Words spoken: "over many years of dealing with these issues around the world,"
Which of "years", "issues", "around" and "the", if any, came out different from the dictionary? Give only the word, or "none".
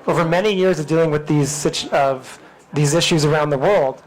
none